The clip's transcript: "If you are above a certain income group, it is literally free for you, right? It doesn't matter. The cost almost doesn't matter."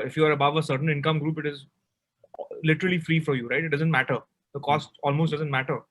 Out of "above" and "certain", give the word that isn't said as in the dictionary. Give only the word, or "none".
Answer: none